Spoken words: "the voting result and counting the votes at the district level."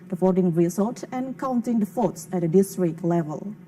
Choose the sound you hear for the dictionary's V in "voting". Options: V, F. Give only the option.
F